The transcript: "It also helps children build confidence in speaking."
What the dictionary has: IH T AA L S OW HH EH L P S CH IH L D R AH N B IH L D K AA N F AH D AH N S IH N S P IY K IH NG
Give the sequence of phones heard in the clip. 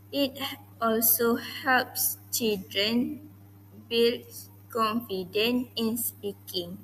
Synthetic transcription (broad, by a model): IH T AA L S OW HH EH L P S CH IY L D R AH N B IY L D K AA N F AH D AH N IH N S P IY K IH NG